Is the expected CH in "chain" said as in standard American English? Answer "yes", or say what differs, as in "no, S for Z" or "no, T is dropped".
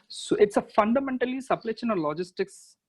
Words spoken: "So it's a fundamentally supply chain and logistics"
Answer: no, SH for CH